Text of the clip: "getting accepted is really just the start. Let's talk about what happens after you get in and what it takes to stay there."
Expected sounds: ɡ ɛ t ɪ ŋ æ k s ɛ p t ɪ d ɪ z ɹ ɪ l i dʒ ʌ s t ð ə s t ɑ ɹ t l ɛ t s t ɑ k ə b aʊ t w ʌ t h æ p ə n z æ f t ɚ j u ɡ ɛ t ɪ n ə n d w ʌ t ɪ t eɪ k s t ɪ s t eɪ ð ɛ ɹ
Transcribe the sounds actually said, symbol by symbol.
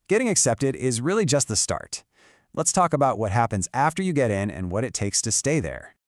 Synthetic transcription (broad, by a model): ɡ ɛ t ɪ ŋ æ k s ɛ p t ɪ d ɪ z ɹ ɪ l i dʒ ʌ s t ð ə s t ɑ ɹ t l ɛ t s t ɑ k ə b aʊ t w ʌ t h æ p ə n z æ f t ɚ j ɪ ɡ ɛ t ɪ n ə n w ʌ t ɪ t eɪ k s t ɪ s t eɪ ð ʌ ɹ